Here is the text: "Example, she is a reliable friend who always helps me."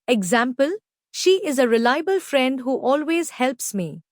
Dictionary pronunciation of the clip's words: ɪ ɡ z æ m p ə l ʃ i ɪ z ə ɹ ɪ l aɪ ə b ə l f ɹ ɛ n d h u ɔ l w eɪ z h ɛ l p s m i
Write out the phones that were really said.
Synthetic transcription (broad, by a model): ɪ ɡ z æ m p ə l ʃ i ɪ z ə ɹ ɪ l aɪ ə b ə l f ɹ ɛ n d h u ɔ l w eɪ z h ɛ l p s m i